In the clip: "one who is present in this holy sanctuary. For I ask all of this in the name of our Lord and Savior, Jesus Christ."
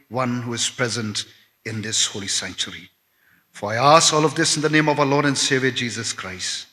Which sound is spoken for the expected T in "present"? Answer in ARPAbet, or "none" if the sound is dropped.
T